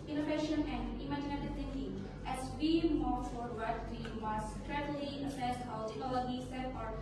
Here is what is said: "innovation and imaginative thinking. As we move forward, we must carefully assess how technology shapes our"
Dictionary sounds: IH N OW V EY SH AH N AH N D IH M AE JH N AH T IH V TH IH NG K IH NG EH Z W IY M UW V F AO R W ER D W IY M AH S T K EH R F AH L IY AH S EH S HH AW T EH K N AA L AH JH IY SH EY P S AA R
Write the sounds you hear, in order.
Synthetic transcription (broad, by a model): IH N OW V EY SH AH N AH N D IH M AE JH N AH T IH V T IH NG K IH NG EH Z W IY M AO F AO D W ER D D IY M AH S T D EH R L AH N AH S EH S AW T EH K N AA L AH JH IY S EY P AA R